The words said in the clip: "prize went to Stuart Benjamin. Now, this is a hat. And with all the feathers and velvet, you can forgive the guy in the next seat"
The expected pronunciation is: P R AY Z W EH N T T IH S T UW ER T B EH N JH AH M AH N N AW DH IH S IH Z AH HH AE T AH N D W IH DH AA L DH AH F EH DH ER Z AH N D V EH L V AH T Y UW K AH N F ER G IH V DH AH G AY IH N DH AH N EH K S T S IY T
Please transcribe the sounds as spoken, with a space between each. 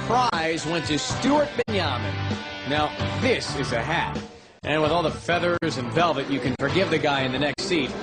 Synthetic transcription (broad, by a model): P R AY Z W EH N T T IH S T UW ER T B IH N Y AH M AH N N AW DH IH S IH Z AH HH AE T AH N W IH DH AA L DH AH F EH DH ER Z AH N V EH L V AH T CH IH K AH N F ER G IH V DH AH G AY IH N DH AH N EH K S T S IY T